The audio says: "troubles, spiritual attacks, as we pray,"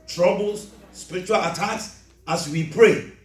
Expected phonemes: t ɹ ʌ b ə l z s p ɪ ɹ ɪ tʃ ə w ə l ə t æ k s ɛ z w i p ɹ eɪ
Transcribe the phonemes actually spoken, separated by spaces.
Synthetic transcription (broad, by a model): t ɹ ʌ b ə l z s p ɪ ɹ ɪ tʃ ə w ə l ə t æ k s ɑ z w i p ɹ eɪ